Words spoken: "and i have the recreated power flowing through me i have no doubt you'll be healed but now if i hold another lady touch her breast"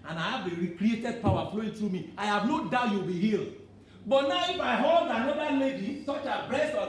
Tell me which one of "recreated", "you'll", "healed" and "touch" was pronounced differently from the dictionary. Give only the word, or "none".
touch